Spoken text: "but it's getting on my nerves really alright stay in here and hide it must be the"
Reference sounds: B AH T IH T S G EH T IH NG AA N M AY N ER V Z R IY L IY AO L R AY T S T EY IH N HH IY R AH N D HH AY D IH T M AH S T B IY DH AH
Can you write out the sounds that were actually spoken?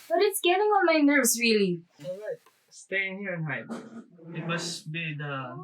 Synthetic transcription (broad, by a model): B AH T IH T S G EH T IH NG AA N M AY N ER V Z R IY L IY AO R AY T S T EY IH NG HH IY R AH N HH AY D IH T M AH S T B IY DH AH